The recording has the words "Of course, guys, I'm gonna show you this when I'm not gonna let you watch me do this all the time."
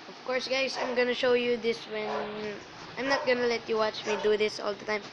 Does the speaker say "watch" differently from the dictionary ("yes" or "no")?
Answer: no